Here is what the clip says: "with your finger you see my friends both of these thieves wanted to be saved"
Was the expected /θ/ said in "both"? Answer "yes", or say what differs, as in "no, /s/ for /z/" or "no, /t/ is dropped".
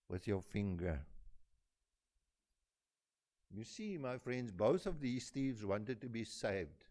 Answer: yes